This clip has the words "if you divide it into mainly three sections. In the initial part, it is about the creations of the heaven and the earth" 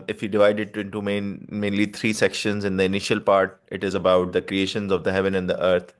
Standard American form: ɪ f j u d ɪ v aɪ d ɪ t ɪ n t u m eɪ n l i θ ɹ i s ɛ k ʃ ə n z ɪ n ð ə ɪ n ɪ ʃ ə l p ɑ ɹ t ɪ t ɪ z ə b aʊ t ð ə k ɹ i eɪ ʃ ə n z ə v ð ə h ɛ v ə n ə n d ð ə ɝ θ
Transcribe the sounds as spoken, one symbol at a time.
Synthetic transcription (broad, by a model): ɪ f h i d ɪ v aɪ d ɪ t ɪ n t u m eɪ n l i t ɹ i s ɛ k ʃ ə n z ɪ n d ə ɪ n ɪ ʃ ə l p ɑ ɹ t ɪ t ɪ z ə b aʊ t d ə k ɹ i eɪ ʃ ə n z ə v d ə h ɛ v ə n ə n d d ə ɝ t